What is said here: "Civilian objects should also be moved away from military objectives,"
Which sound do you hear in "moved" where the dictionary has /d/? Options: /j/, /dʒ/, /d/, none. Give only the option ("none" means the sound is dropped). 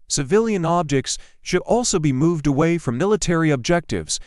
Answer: /d/